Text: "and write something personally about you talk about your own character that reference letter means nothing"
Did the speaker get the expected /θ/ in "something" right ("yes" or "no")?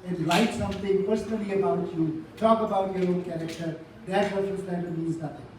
no